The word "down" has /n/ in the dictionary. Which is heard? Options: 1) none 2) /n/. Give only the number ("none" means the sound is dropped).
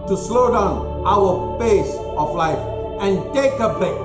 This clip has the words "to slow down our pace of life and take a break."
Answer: 2